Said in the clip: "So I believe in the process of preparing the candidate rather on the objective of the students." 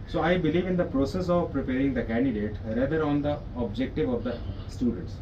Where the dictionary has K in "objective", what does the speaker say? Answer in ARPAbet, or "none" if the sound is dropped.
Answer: K